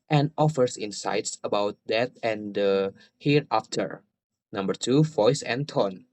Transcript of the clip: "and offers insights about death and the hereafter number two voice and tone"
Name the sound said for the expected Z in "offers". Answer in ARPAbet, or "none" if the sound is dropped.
S